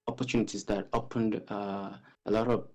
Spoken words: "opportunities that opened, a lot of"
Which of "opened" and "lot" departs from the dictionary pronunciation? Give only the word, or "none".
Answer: none